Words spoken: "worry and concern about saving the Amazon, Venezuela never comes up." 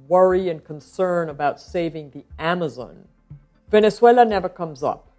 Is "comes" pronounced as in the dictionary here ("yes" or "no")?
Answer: yes